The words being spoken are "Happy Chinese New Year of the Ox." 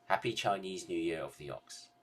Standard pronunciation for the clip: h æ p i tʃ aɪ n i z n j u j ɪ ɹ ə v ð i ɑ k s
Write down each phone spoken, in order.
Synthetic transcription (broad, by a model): h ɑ p i tʃ aɪ n i z n j u j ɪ ɹ ə v ð i ɑ k s